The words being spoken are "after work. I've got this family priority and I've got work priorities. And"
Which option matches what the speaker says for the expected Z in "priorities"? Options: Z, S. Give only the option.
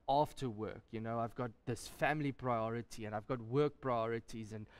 Z